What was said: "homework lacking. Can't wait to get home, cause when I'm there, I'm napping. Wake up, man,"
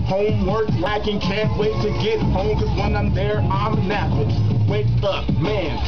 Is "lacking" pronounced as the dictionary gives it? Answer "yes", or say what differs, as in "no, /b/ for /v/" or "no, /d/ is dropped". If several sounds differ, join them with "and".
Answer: no, /w/ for /l/